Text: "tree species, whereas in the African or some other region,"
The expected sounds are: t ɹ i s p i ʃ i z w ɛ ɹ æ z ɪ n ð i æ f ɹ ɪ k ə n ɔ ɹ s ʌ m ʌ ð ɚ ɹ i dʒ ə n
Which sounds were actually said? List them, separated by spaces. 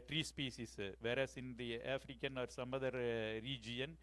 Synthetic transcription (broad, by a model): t ɹ i s p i s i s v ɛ ɹ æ s ɪ n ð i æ f ɹ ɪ k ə n ɔ ɹ s ʌ m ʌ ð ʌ ɹ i dʒ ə n